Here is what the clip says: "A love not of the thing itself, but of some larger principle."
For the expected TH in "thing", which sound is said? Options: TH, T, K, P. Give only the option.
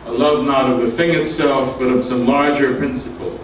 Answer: TH